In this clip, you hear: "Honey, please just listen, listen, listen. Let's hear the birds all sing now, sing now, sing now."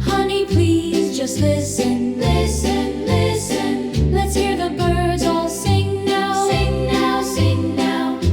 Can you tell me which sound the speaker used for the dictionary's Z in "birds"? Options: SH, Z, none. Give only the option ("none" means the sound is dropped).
Z